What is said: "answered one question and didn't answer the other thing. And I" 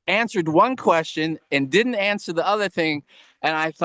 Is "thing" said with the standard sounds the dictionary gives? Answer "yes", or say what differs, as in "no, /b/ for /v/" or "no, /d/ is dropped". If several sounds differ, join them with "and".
yes